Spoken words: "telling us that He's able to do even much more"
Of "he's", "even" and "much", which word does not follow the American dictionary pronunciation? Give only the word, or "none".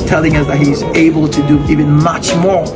none